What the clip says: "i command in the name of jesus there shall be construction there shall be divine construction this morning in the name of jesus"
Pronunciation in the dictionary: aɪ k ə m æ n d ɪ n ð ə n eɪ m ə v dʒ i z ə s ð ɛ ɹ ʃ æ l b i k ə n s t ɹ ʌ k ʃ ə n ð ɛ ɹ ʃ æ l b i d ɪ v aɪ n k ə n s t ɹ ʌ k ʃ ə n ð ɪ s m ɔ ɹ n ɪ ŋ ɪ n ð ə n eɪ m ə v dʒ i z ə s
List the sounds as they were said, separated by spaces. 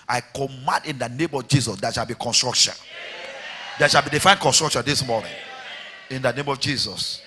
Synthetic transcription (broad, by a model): aɪ k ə m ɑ n d ɪ n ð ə n eɪ m ə v dʒ i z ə s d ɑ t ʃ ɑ l b i k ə n s t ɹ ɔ k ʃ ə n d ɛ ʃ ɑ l b i d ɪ f aɪ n k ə n s t ɹ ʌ k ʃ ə n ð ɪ s m ɔ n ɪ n ɪ n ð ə n eɪ m ə v dʒ i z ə s